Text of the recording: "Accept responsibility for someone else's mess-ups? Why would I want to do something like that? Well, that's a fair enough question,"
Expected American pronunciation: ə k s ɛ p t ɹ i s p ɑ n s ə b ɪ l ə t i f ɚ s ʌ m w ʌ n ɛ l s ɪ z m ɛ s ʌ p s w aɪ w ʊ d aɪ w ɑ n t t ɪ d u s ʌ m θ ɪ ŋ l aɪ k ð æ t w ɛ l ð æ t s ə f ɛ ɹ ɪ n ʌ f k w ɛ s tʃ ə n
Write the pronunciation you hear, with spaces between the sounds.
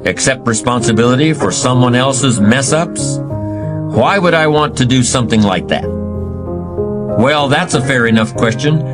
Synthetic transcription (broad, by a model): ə k s ɛ p t ɹ i s p ɑ n s ə b ɪ l ə t i f ɚ s ʌ m w ʌ n ɛ l s ɪ z m ɛ s ʌ p s w aɪ w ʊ d aɪ w ɑ n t t ɪ d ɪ s ʌ m θ ɪ ŋ l aɪ k ð æ t w ɛ l ð æ t s ə f ɛ ɹ ɪ n ʌ f k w ɛ s tʃ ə n